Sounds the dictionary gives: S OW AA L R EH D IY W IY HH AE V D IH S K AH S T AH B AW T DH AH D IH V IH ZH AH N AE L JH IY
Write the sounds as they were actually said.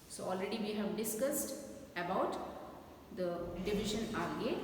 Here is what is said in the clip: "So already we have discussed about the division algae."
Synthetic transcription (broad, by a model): S OW AA L R EH D IY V IY HH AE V D IH S K AH S T AH B AW T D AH D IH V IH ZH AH N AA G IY